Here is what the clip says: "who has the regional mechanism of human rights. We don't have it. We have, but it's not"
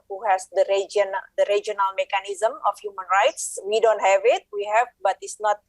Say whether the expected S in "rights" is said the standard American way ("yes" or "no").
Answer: yes